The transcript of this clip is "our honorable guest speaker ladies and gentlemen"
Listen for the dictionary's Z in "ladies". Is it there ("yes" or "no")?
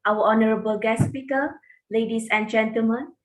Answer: no